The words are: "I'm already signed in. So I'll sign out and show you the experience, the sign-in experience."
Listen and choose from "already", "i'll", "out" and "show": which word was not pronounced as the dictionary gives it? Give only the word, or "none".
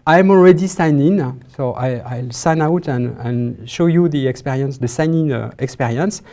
none